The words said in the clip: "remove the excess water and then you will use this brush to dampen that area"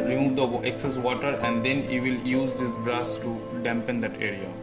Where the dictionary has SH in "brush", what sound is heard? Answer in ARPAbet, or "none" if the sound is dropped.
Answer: S